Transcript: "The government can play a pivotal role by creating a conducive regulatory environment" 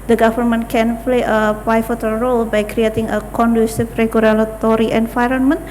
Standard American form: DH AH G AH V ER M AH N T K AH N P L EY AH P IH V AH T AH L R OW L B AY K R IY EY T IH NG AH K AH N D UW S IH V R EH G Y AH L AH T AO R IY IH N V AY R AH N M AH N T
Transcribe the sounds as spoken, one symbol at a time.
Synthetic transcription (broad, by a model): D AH G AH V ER M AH N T K AH N P L EY AH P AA F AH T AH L R OW L B AY K R IY EY T IH NG AH K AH N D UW S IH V R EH G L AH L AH T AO R IY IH N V AY R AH N M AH N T